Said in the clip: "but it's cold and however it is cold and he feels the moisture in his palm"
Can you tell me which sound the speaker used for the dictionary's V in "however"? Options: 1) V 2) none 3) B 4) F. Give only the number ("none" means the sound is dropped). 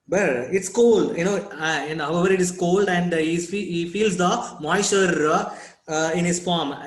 1